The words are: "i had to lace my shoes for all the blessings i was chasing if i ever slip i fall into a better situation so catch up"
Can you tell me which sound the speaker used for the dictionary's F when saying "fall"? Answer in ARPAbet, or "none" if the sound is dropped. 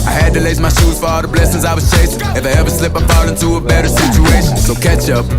P